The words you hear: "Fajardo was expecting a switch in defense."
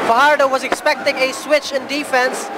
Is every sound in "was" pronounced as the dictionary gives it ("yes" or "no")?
yes